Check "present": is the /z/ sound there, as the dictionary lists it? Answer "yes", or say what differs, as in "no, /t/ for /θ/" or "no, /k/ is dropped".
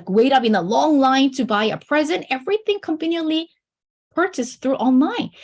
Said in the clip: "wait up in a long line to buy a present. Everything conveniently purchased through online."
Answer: yes